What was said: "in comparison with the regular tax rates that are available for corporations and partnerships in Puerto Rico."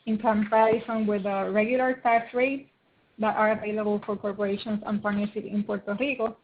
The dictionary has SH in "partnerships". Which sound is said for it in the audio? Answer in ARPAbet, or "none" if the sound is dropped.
S